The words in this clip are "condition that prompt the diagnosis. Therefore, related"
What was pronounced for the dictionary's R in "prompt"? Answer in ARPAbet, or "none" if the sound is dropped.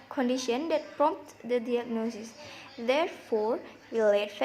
R